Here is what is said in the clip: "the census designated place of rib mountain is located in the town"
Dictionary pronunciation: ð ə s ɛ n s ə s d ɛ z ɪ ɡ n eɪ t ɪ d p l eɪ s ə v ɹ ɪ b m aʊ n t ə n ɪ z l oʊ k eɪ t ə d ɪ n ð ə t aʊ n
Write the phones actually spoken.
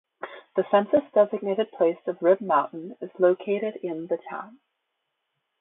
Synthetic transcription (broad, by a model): ð ə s ɛ n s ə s d ɛ z ɪ ɡ n eɪ t ɪ d p l eɪ s ə v ɹ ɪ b m aʊ n t n ɪ z l oʊ k eɪ t ə d ɪ n ð ə t aʊ n